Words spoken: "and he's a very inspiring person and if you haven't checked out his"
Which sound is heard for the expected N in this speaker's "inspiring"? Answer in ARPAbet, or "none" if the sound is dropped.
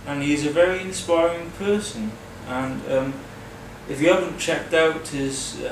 N